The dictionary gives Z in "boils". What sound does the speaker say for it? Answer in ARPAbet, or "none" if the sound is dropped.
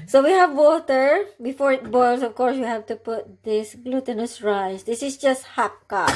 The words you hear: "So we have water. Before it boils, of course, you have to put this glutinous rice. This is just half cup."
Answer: S